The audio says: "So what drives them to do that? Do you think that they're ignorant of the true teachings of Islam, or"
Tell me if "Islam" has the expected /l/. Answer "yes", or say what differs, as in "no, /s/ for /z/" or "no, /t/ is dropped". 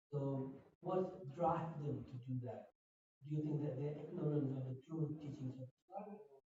no, /l/ is dropped